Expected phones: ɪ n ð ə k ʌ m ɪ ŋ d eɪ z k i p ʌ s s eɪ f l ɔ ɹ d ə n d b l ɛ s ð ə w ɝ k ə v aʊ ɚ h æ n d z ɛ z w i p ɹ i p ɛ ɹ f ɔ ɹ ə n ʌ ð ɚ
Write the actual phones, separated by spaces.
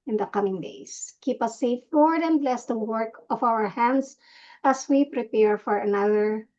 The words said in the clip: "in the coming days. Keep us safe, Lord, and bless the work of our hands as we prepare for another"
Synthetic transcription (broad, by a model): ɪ n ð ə k ʌ m ɪ ŋ d eɪ s k i p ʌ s s eɪ f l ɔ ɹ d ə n b l ɛ s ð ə w ɝ k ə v aʊ ɚ h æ n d s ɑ s w i p ɹ i p ɛ ɹ f ɔ ɹ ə n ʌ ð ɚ